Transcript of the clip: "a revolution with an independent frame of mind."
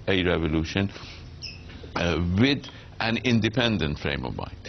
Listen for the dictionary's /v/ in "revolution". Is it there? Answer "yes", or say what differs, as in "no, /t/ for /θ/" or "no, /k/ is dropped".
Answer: yes